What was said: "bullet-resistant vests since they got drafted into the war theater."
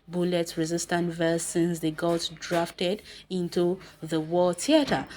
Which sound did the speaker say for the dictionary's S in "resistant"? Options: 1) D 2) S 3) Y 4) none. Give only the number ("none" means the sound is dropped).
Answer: 2